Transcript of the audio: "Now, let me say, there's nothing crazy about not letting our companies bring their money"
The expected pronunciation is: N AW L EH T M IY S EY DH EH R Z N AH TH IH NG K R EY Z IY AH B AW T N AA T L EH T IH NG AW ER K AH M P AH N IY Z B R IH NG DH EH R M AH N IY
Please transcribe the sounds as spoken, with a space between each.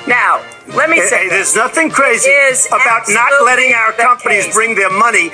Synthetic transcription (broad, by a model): N AW L EH T M IY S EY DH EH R Z N AH TH IH NG K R EY Z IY AH B AW T N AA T L EH T IH NG AW ER K AH M P AH N IY Z B R IH NG DH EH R M AH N IY